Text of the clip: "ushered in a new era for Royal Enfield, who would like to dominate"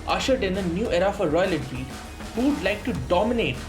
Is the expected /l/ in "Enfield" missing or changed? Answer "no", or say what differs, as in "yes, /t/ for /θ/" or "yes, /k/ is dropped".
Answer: yes, /l/ is dropped